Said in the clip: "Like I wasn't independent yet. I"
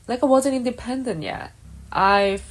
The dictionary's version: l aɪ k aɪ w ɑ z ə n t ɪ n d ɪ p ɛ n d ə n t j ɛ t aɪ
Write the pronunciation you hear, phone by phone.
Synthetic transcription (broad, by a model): l aɪ k aɪ w ɑ z ə n t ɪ n d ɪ p ɛ n d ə n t j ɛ t aɪ